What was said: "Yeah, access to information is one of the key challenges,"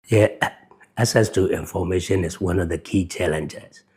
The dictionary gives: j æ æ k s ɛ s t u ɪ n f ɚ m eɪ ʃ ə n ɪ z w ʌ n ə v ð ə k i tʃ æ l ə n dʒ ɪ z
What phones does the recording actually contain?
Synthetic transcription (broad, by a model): j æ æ s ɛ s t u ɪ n f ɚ m eɪ ʃ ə n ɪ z w ʌ n ə v ð ə k i tʃ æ l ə n dʒ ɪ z